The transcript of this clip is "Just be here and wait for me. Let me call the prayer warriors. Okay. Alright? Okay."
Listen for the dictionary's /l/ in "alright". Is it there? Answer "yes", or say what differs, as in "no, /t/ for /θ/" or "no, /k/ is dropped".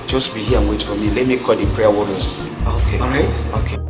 no, /l/ is dropped